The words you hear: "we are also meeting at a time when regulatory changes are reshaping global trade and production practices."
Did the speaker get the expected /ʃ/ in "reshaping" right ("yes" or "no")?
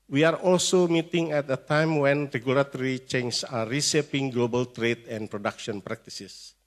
no